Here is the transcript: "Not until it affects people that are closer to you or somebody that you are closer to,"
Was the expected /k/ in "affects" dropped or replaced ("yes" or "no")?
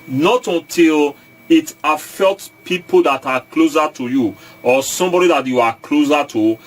yes